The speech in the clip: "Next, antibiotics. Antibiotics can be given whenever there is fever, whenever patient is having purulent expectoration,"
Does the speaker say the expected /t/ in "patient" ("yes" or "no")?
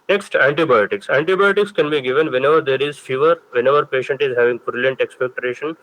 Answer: yes